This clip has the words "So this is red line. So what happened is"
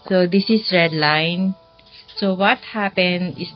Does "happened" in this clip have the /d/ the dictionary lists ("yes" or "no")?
no